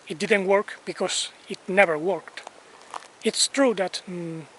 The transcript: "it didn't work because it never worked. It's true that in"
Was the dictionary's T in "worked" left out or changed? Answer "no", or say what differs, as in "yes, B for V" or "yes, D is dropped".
no